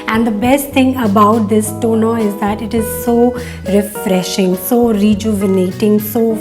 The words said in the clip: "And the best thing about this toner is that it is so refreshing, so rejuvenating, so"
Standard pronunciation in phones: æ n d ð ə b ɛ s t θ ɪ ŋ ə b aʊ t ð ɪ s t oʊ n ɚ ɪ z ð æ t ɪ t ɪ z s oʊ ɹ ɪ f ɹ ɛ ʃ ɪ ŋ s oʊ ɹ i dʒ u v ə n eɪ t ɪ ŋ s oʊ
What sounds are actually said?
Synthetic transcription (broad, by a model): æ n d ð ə b ɛ s t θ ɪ ŋ ə b aʊ t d ɪ s t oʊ n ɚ ɪ z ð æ t ɪ t ɪ z s oʊ ɹ ɪ f ɹ ɛ ʃ ɪ ŋ s oʊ ɹ i dʒ u v ə n eɪ t ɪ ŋ s oʊ